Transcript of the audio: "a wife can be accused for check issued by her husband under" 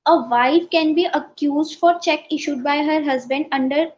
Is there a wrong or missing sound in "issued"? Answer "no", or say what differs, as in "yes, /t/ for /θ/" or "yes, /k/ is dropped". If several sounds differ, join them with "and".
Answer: no